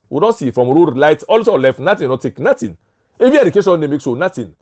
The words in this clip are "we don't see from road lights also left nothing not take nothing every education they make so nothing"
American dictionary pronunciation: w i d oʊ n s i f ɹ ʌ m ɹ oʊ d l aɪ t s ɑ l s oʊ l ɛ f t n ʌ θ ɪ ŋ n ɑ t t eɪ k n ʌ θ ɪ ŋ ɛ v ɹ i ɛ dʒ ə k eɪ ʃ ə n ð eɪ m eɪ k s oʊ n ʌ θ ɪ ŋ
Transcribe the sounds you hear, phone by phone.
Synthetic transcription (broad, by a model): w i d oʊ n s i f ɹ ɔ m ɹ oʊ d l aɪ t ɑ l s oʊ l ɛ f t n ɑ t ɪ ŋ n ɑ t t eɪ k n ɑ t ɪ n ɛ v i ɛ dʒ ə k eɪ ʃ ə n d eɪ m eɪ k s oʊ n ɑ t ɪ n